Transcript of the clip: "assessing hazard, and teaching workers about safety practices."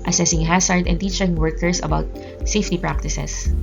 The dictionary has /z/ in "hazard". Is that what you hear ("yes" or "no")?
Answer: no